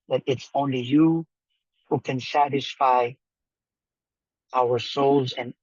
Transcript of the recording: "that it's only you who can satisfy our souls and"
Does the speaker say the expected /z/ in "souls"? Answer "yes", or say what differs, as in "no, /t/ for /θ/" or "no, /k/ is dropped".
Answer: yes